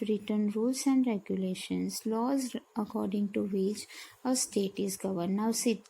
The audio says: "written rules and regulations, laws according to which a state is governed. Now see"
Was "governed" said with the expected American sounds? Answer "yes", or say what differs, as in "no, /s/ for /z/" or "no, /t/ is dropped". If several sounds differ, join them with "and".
no, /n/ is dropped